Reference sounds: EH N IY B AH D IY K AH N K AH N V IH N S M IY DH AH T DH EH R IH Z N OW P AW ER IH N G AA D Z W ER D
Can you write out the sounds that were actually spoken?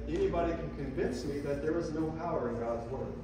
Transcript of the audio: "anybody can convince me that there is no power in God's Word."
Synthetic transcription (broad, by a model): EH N IY B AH D IY K AH N K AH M V IH N S M IY DH AH T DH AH R IH Z N OW P AW ER IH N G AA D Z W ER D